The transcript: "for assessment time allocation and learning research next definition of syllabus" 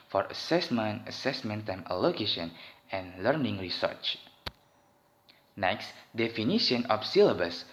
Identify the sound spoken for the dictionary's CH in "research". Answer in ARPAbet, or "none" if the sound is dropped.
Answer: CH